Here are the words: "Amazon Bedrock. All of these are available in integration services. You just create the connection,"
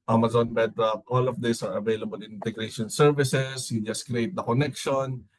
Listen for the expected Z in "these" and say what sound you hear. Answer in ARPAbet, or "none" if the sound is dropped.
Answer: S